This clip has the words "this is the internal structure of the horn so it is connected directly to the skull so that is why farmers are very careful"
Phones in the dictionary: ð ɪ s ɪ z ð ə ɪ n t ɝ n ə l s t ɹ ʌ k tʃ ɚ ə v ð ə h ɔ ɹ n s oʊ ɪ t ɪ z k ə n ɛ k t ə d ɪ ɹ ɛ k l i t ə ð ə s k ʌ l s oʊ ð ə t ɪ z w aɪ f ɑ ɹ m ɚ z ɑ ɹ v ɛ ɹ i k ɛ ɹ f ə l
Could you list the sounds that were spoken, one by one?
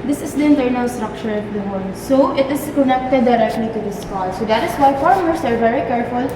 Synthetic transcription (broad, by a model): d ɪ s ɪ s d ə ɪ n t ɝ n ə l s t ɹ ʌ k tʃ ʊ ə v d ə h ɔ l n s oʊ ɪ t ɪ s k ə n ɛ k t ə d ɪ ɹ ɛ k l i t ə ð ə s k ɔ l s oʊ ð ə t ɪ s w aɪ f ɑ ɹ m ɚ s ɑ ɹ v ɛ ɹ i k ɛ ɹ f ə l